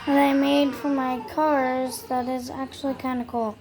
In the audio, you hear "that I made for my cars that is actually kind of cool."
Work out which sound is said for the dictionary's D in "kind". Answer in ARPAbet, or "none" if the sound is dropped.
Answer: none